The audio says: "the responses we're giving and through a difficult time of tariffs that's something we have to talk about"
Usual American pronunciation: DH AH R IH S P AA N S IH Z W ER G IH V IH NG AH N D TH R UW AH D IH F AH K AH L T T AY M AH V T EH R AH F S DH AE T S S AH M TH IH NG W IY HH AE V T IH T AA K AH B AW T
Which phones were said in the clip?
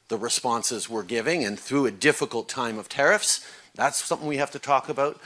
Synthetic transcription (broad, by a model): DH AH R IH S P AA N S IH Z W ER G IH V IH NG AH N TH R UW AH D IH F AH K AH L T T AY M AH V T EH R AH F S DH AE T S S AH M TH IH NG W IY HH AE F T IH T AA K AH B AW T